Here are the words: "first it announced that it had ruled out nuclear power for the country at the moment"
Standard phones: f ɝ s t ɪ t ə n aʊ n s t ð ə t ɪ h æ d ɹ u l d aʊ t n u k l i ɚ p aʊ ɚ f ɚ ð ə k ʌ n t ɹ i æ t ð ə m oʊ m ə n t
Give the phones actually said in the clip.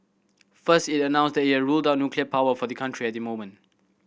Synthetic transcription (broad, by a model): f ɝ s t ɪ t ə n aʊ n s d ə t ɪ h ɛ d ɹ u l d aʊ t n u k l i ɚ p aʊ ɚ f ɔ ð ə k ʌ n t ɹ i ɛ t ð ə m oʊ m ə n t